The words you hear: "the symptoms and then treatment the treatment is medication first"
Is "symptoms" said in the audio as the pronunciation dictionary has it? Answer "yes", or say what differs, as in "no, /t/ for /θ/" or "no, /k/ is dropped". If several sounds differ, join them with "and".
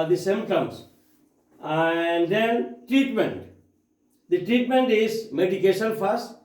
no, /p/ is dropped